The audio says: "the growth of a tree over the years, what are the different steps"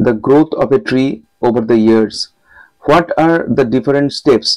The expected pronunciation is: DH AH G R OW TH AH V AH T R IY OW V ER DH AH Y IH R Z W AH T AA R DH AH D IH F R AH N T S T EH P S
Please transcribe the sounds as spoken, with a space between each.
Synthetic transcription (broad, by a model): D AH G R OW T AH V AH T R IY OW V ER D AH Y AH R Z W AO T AA R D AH D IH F R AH N T S T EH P S